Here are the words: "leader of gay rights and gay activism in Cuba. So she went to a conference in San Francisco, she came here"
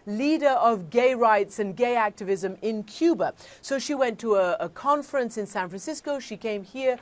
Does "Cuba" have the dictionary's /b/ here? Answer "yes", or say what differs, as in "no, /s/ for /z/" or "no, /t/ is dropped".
yes